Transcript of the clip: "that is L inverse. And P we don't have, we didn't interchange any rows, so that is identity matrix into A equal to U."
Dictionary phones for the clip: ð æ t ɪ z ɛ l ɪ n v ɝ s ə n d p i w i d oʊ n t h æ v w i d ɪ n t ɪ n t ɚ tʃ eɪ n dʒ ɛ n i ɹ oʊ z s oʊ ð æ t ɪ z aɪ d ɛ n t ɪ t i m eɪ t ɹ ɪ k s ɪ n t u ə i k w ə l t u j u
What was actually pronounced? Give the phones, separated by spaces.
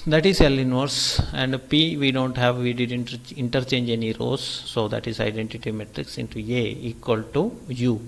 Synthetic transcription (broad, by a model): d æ t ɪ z ɛ l ɪ n v ɝ s ə n d p i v i d oʊ n t h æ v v i d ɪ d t ɪ n t ɚ tʃ eɪ n dʒ ɛ n i ɹ oʊ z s oʊ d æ t ɪ z aɪ d ɛ n t ɪ t i m eɪ t ɹ ɪ k s ɪ n t u ə i k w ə l t u j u